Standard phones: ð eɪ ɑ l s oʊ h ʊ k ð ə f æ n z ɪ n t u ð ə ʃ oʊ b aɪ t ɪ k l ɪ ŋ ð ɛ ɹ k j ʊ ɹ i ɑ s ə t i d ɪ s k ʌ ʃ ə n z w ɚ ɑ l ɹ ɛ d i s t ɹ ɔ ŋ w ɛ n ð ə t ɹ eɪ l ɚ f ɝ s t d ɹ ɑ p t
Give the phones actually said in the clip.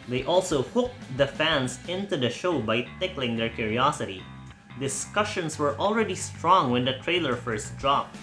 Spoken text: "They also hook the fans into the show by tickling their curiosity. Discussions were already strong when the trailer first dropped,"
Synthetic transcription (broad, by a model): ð eɪ ɑ l s oʊ h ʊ k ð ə f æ n s ɪ n t u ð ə ʃ oʊ b aɪ t ɪ k l ɪ ŋ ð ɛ ɹ k j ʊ ɹ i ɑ s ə t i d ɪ s k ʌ ʃ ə n s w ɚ ɑ l ɹ ɛ d i s t ɹ ɔ ŋ w ɛ n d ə t ɹ eɪ l ɚ f ɝ s t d ɹ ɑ p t